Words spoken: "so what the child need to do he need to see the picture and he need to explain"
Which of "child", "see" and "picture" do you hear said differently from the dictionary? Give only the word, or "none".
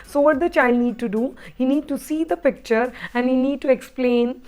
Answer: none